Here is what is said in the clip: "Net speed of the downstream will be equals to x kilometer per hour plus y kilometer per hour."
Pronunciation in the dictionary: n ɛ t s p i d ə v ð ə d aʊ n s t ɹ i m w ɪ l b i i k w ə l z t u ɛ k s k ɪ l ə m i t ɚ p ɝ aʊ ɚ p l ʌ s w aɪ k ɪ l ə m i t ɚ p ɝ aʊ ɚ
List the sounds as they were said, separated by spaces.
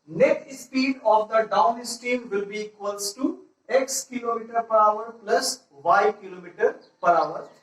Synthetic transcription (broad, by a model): n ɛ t s p i d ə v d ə d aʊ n s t i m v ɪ l b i i k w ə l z t u ɛ k s k ɪ l ə m i t ɚ p ɝ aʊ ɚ p l ʌ s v aɪ k ɪ l ə m i t ɚ p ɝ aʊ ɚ